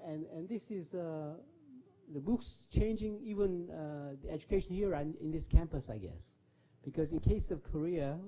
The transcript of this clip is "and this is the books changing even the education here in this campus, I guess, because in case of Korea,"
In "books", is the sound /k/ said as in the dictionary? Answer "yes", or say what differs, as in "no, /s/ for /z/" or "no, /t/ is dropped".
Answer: yes